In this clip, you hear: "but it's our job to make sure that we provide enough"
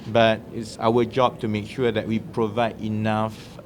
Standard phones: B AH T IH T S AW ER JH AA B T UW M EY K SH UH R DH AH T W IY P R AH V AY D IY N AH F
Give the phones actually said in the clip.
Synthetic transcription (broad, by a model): B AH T IH T S AW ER JH AA B T UW M EY K SH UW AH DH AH T W IY P R AH V AY D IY N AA F